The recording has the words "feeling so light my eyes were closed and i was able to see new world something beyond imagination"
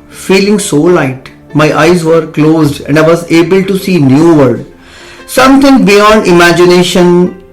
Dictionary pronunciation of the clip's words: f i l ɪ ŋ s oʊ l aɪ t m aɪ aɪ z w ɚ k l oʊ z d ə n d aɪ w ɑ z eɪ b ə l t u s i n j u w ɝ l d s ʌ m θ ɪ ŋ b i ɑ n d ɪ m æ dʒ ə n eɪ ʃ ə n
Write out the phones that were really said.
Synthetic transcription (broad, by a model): f i l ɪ ŋ s oʊ l aɪ t m aɪ aɪ z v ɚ k l oʊ z d ə n d aɪ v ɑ z eɪ b ə l t u s i n j u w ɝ d s ʌ m t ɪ ŋ b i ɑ n d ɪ m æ dʒ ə n eɪ ʃ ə n